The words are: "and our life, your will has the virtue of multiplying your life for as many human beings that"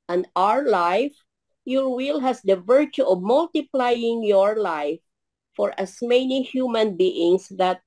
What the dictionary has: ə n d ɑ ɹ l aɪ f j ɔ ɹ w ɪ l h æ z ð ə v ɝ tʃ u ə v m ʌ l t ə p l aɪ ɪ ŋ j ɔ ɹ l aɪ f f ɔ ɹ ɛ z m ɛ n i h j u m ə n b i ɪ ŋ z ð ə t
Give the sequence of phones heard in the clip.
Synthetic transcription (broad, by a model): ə n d ɑ ɹ l aɪ f j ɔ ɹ w ɪ l h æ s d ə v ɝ tʃ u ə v m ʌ l t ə p l aɪ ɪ ŋ j ɔ ɹ l aɪ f f ɔ ɹ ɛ s m ɛ n i h j u m ə n b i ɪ ŋ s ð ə t